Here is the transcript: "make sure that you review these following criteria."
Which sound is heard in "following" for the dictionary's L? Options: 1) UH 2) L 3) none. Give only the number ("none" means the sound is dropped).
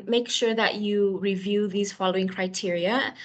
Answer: 2